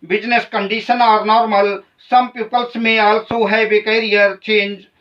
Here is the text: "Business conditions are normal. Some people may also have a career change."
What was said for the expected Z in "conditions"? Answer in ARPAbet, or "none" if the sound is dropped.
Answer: none